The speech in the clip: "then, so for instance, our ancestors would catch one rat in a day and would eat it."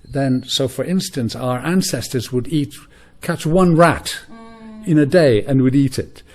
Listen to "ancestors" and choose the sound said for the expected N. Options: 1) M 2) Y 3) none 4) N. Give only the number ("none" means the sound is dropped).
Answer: 4